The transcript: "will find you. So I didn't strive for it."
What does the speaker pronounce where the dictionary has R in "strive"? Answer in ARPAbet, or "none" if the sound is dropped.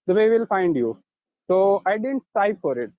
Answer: none